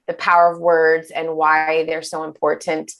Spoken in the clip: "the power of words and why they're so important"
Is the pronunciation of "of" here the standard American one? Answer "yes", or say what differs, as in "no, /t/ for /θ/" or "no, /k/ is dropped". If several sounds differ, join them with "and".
yes